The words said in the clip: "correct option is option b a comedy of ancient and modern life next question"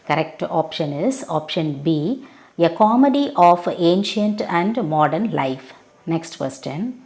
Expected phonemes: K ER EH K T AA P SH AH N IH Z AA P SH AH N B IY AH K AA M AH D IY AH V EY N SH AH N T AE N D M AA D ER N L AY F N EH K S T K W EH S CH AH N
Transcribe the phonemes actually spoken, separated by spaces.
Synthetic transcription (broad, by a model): K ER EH K T AA P SH AH N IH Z AA P SH AH N B IY AH K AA M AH D IY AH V EY N SH AH N T AE N D M AA D ER N L AY F N EH K S T K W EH S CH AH N